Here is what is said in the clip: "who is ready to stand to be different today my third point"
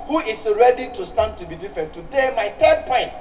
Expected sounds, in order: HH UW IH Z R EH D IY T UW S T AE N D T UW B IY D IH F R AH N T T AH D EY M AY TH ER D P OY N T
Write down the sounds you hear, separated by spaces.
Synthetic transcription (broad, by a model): HH UW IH S R EH D IY T UW S T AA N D T UW B IY D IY F R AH N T T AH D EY M AY T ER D P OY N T